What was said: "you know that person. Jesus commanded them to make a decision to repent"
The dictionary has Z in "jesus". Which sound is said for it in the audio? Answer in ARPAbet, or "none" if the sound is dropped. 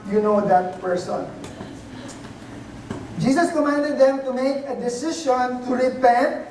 S